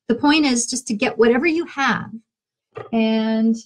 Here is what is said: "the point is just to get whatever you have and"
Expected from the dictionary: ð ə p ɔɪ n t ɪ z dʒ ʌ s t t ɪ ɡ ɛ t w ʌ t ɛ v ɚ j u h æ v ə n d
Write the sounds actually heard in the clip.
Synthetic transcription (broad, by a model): ð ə p ɔɪ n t ɪ z dʒ ʌ s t t ɪ ɡ ɛ t w ʌ t ɛ v ɚ j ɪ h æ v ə n